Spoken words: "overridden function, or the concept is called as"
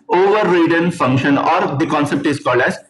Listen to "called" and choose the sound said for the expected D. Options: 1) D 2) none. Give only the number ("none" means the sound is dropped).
1